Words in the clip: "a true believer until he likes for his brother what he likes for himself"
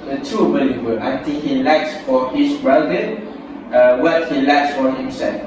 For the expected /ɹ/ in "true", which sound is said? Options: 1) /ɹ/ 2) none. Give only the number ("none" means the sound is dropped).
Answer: 2